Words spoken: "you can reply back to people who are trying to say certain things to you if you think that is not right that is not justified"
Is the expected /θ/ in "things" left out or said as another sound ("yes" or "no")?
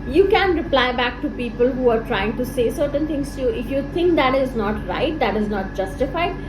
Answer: yes